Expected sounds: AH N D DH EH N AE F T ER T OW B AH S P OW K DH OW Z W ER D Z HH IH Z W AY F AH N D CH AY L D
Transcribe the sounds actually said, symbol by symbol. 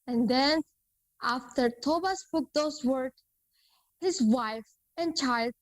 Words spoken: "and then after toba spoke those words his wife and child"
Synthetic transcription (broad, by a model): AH N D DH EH N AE F T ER T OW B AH S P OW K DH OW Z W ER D HH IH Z W AY F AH N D CH AY L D